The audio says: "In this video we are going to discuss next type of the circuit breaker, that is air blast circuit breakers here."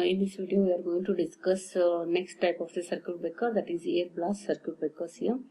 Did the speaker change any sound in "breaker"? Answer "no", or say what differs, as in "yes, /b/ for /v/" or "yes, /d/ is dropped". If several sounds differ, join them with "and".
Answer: yes, /ɹ/ is dropped